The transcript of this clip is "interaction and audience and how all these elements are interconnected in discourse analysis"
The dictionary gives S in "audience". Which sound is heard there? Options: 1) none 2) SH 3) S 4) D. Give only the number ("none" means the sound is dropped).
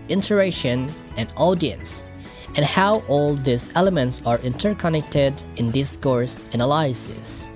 3